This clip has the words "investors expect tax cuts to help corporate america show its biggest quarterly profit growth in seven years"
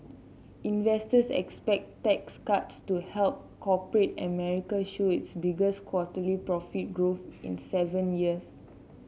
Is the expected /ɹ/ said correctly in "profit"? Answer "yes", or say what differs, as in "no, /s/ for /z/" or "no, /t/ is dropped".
yes